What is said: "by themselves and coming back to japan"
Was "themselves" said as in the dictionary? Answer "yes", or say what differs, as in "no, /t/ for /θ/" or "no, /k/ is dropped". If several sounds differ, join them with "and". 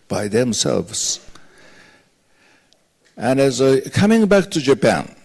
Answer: yes